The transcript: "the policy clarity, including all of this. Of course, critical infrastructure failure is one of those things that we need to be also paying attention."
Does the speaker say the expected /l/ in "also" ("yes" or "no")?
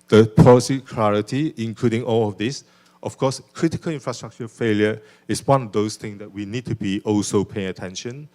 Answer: yes